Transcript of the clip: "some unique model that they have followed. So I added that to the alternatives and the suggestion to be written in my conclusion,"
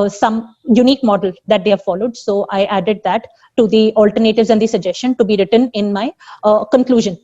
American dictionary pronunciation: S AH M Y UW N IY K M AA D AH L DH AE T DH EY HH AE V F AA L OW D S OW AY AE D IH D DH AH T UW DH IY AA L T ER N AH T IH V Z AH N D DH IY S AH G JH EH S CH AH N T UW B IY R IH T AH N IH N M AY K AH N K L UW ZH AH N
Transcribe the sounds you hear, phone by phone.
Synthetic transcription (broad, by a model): S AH M Y UW N IY K M AA D AH L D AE T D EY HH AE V F AA L OW D S OW AY AE D IH D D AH T UW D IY AA L T ER N AH T IH V Z AH N D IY S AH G JH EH S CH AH N T UW B IY R IH T AH N IH N M AY K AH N K L UW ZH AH N